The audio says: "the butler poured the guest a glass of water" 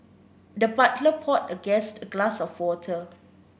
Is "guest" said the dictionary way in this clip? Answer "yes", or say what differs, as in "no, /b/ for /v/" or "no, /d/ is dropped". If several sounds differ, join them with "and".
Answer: yes